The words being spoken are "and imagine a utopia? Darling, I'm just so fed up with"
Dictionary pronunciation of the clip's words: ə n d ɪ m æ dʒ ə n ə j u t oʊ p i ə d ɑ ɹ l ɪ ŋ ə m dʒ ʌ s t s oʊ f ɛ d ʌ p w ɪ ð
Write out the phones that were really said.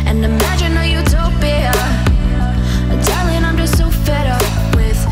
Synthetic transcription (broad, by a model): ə n ɪ m æ dʒ ə n ə j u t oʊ b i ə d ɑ l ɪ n ə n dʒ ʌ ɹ s oʊ f ɛ d ʌ p w ɪ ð